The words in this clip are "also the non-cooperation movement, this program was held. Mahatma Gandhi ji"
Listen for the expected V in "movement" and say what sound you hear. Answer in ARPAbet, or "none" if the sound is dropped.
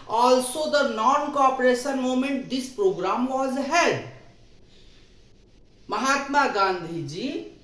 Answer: none